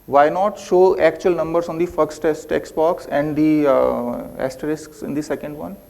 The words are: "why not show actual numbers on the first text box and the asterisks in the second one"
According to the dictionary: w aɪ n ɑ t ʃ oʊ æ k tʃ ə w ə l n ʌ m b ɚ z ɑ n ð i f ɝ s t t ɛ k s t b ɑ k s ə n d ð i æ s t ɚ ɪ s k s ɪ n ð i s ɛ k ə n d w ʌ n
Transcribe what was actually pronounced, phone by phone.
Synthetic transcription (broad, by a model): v aɪ n ɑ t ʃ oʊ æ k tʃ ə ə l n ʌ m b ɚ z ɑ n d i f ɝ s t t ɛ k s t b ɑ k s ə n d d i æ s t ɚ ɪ s k s ɪ n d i s ɛ k ə n d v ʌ n